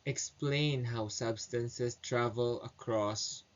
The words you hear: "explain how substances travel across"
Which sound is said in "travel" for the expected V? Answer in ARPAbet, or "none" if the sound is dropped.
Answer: V